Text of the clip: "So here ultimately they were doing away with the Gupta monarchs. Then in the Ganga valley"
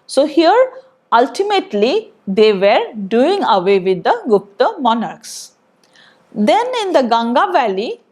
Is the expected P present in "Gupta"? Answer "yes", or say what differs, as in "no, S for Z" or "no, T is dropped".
yes